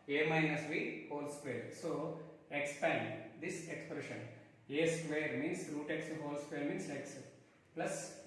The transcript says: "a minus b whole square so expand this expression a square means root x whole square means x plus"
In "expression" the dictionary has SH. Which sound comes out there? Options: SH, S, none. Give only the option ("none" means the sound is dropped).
SH